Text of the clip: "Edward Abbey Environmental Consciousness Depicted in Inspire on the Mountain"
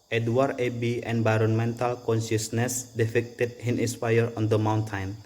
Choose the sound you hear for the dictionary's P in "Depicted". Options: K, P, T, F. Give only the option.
F